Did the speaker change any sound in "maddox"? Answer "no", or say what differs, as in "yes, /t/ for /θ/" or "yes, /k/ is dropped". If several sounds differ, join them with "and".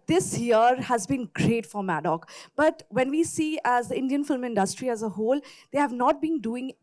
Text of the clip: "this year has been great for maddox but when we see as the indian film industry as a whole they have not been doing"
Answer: yes, /s/ is dropped